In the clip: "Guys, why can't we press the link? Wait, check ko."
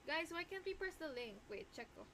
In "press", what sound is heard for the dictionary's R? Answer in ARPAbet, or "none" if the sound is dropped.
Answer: none